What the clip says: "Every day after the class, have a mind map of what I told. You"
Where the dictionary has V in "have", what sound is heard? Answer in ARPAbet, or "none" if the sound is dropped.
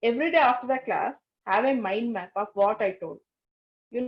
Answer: V